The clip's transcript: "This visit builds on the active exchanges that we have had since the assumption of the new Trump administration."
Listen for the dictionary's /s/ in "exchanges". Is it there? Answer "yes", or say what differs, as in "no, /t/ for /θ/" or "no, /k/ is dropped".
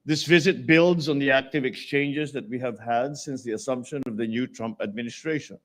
yes